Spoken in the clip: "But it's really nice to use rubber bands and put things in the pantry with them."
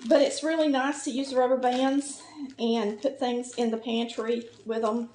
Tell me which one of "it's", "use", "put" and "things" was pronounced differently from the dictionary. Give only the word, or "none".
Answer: none